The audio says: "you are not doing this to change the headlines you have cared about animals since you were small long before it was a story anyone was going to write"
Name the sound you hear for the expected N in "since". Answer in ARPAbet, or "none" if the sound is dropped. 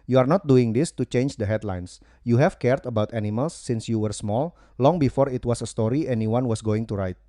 N